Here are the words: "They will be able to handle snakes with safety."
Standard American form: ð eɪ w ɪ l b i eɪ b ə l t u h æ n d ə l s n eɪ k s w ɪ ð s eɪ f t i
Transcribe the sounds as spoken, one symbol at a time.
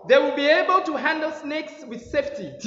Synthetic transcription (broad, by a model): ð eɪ w ɪ l b i eɪ b ə l t u h æ n d ə l s n eɪ k s w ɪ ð s eɪ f t i